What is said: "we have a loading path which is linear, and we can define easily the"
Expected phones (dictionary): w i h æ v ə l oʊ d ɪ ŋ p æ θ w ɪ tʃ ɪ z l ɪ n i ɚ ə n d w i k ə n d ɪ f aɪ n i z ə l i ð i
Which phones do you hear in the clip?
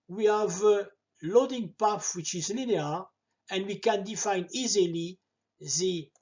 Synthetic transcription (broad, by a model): w i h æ v ə l oʊ d ɪ ŋ p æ f w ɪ tʃ ɪ z l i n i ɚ ə n d w i k ə n d ɪ f aɪ n i z ə l i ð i